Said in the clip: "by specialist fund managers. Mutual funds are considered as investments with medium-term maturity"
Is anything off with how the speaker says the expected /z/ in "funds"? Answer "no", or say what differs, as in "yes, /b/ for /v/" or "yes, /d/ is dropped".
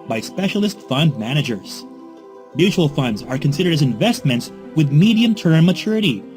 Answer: no